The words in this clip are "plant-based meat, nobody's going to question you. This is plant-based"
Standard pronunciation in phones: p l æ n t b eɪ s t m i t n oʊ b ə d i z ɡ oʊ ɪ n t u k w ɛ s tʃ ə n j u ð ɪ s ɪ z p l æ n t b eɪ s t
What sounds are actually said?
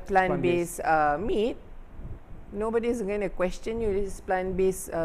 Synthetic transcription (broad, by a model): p l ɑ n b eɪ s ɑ m i t n oʊ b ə d i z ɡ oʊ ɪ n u k w ɛ s tʃ ə n j u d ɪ ɪ s p l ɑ n b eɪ s